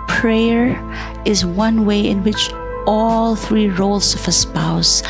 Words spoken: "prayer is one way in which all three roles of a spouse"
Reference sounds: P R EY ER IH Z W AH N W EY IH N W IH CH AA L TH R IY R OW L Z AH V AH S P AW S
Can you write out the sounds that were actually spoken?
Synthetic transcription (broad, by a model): P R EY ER IH Z W AH N W EY IH N W IH CH AA L TH R IY R OW L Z AH V AH S P AW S